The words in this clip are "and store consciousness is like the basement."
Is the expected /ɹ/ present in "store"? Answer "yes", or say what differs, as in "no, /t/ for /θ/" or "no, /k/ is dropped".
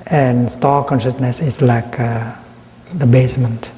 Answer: no, /l/ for /ɹ/